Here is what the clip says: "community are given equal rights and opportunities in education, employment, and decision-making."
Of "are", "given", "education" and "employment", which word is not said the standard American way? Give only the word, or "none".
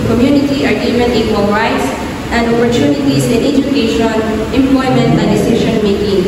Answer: given